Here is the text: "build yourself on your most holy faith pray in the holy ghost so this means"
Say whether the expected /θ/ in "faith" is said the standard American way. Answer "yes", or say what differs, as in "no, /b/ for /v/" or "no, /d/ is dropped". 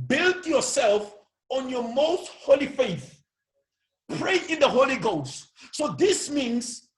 yes